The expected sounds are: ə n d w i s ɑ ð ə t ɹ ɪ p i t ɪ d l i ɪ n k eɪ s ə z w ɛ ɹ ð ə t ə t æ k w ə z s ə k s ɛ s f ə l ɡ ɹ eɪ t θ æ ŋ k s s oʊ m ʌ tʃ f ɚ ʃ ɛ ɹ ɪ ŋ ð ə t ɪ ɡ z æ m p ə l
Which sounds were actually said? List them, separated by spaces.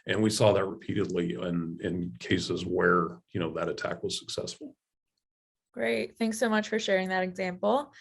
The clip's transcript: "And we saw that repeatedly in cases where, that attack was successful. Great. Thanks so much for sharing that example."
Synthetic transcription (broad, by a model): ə n w i s ɑ ð ə t ɹ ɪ p i t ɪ d l i ɪ n k eɪ s ə z w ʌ ɹ ð ə t ə t æ k w ə z s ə k s ɛ s f l ɡ ɹ eɪ t θ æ ŋ k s s oʊ m ʌ tʃ f ɚ ʃ ɛ ɹ ɪ ŋ ð ə t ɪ ɡ z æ m p l